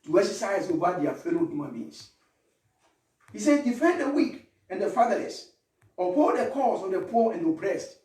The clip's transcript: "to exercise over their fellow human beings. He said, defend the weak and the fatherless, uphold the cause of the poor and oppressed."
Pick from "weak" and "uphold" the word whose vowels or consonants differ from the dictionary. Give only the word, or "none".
uphold